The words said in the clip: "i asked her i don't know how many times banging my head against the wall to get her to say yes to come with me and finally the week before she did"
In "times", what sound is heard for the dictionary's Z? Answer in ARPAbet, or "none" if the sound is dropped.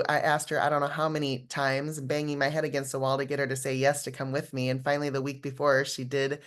Z